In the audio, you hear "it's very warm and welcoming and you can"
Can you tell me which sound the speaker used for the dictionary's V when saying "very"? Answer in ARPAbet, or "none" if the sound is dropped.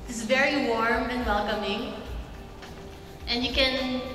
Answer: V